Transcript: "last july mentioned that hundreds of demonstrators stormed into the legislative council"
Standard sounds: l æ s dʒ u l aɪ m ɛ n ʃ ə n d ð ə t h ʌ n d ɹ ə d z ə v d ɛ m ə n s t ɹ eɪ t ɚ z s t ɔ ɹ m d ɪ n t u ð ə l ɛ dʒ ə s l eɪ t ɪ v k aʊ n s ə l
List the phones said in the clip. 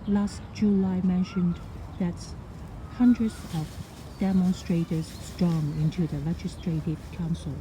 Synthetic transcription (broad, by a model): l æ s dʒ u l aɪ m ɛ n ʃ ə n ð ə t h ʌ n d ɹ ə d z ə v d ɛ m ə n s t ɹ eɪ t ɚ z s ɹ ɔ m ɪ n t u ð ə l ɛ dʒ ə s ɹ eɪ t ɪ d k aʊ n s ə l